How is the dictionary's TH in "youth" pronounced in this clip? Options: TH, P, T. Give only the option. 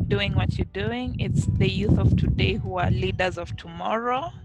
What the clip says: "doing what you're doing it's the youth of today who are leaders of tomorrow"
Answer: TH